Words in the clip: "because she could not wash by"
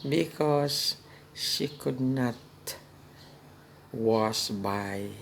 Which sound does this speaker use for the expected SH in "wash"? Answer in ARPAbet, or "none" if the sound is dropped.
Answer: S